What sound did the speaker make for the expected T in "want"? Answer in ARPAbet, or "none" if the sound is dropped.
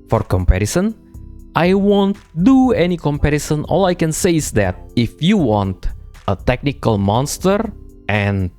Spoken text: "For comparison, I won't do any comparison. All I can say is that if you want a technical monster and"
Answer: T